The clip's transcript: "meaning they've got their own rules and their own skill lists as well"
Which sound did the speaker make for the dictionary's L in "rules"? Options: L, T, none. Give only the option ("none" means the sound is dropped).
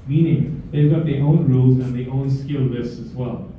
none